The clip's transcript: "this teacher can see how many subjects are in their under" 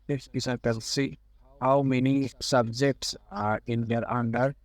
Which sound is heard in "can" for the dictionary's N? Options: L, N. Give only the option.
L